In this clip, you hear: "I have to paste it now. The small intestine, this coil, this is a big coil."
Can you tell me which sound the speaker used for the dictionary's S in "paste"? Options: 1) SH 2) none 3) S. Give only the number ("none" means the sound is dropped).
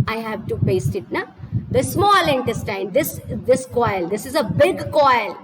3